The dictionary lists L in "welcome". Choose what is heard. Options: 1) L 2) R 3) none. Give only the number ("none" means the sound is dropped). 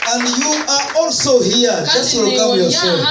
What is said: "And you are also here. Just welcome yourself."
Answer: 3